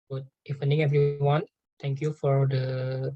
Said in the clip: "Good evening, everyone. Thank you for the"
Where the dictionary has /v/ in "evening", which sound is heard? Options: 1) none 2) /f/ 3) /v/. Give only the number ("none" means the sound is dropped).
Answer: 2